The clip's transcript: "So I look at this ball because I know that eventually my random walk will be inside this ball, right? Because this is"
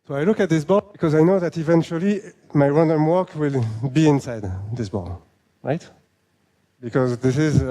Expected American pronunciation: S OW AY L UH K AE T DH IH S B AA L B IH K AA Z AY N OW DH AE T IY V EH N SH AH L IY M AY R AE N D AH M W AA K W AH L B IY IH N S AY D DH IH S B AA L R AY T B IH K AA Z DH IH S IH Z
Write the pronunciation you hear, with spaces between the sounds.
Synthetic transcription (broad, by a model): S OW AY L UH K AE T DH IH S B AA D B IH K AA Z AY N OW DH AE T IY V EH N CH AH L IY M AY R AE N D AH M W AA K W AH L B IY IH N S AY D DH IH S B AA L R AY T B IH K AA Z DH IH S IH Z